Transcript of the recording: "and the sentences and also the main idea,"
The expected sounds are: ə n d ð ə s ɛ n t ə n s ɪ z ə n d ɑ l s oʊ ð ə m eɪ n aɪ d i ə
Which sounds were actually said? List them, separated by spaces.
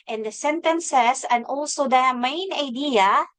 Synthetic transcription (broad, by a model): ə n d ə s ɛ n t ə n s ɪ s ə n ɑ l s oʊ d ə m eɪ n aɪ d i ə